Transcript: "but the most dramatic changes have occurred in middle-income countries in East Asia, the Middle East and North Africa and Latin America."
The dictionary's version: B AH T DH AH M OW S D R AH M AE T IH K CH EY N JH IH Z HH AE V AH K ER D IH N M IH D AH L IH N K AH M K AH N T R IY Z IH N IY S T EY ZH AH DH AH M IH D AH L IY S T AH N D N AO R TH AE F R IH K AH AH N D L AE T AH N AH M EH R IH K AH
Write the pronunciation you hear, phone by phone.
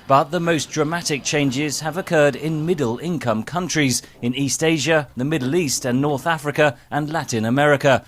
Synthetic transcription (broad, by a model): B AH T DH AH M OW S D R AH M AE T IH K CH EY N JH IH Z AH V AH K ER D IH N M IH D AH L IH N K AH M K AH N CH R IY Z IH N IY S T EY ZH AH DH AH M IH D L IY S T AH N N AO R TH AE F R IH K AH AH N L AE T AH N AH M EH R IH K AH